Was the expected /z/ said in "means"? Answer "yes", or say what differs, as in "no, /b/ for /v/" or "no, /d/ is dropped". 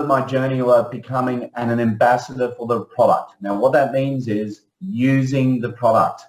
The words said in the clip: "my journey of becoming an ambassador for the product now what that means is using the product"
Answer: yes